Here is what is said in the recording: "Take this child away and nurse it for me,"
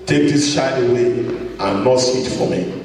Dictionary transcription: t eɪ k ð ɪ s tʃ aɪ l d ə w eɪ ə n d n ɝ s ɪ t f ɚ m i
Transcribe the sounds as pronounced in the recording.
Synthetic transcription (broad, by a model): t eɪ k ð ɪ s ʃ aɪ d ə w eɪ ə n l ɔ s ɪ t f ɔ m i